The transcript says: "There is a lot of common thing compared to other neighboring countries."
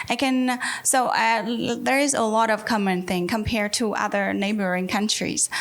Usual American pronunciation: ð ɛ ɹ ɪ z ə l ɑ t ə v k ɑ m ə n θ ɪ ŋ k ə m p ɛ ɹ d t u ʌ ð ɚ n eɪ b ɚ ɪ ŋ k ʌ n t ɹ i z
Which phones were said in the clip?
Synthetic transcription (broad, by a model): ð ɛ ɹ ɪ z ə l ɑ t ə v k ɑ m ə n θ ɪ ŋ k ə m p ɛ ɹ d t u ʌ ð ɚ n eɪ b ɚ ɪ ŋ k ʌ n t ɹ i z